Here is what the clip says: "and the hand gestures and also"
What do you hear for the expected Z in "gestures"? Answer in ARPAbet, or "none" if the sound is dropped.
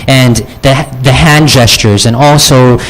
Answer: Z